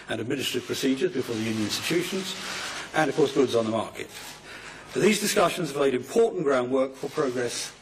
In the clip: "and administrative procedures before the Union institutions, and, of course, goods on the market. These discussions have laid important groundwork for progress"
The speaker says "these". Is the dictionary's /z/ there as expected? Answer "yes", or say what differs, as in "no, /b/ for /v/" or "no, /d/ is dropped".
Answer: yes